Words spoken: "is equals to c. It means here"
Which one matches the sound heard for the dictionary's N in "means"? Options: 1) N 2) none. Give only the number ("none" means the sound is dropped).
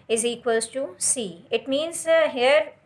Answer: 1